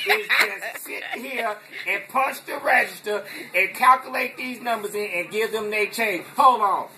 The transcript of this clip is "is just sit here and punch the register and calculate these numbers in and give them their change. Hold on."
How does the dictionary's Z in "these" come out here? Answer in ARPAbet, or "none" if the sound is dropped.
Z